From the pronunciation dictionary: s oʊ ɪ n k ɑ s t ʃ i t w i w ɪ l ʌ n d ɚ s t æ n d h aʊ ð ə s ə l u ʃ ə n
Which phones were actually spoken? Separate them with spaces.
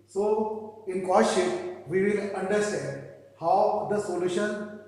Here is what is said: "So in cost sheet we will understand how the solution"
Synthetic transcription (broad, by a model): s oʊ ɪ n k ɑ t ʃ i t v i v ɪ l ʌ n d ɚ s t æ n d h aʊ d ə s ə l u ʃ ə n